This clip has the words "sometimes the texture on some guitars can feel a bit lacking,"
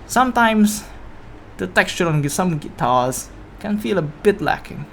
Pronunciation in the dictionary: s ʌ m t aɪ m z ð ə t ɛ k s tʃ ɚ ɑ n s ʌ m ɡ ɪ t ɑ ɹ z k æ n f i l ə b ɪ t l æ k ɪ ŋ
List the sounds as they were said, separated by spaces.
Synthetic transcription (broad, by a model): s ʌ m t aɪ m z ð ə t ɛ k s tʃ ɚ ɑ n s ʌ m ɡ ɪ t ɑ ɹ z k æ n f i l ə b ɪ t l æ k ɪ ŋ